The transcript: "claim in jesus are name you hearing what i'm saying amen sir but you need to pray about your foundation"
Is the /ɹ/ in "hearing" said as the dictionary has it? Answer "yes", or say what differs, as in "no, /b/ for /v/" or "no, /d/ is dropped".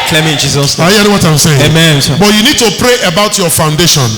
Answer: no, /ɹ/ is dropped